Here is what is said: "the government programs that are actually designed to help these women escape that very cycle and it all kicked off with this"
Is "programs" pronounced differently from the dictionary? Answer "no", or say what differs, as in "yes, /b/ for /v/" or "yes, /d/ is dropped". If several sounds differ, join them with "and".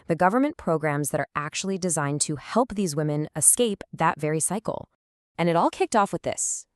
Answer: no